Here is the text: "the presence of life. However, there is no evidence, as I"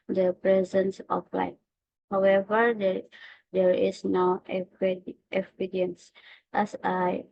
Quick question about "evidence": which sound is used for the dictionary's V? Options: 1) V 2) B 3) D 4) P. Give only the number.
4